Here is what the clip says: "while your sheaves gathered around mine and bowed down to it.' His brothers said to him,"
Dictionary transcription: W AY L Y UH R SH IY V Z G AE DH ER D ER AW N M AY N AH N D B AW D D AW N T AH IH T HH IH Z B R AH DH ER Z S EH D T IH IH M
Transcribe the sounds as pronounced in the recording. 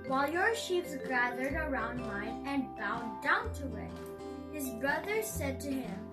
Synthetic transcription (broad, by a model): W AY L Y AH R SH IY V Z G AE DH ER D ER AW N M AY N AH N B AW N D AW N T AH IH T HH IH Z B R AH DH ER S EH D T IH IH M